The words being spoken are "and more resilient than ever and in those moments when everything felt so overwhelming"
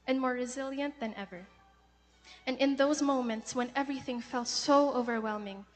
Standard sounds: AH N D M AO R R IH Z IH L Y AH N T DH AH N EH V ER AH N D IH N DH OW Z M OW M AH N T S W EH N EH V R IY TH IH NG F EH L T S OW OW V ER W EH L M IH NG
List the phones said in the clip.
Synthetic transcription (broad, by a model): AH N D M AO R R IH Z IH L Y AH N DH AH N EH V ER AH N IH N DH OW Z M OW M AH N T S W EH N EH V R IY TH IH NG F EH L T S OW OW V ER W EH L M IH NG